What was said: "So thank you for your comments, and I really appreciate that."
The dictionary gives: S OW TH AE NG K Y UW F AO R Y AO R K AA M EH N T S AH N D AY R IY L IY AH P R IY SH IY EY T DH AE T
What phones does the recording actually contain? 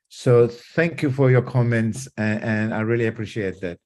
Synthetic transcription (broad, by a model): S OW TH AE NG K Y UW F AO R Y AO R K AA M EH N T S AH N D AY R IY L IY AH P R IY SH IY EY T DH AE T